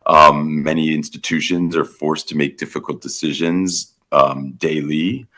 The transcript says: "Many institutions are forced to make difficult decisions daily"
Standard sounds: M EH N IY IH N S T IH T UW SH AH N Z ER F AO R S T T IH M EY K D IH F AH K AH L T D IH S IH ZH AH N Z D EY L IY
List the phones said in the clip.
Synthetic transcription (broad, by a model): M EH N IY IH N S T IH T UW SH AH N Z ER F AO R S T T IH M EY K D IH F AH K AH L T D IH S IH ZH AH N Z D EY L IY